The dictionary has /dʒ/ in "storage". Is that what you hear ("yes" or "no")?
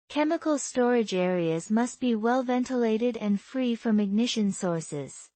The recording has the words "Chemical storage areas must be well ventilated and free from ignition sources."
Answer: yes